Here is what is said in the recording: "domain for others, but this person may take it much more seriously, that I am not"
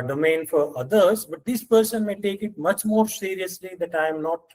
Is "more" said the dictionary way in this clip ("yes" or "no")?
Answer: yes